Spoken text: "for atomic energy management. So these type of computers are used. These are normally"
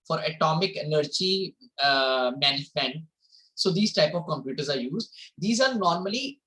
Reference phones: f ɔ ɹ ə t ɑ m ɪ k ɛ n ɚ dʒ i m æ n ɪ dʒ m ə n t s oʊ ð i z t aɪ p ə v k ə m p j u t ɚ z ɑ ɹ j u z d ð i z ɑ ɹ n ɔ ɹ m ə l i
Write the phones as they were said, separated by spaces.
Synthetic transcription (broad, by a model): f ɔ ɹ ə t ɑ m ɪ k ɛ n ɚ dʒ i m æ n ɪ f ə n s oʊ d i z t aɪ p ə v k ə m p j u t ɚ z ɑ ɹ j u z d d i z ɑ ɹ n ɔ ɹ m ə l i